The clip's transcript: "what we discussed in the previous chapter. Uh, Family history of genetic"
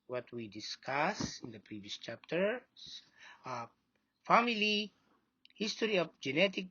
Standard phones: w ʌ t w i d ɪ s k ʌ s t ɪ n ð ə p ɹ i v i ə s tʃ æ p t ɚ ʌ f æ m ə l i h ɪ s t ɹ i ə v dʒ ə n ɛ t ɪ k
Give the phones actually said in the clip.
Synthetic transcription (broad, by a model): w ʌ t w i d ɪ s k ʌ s ɪ n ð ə p ɹ i v i ə s tʃ æ p t ɚ f æ m ə l i h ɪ s t ɹ i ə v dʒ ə n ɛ t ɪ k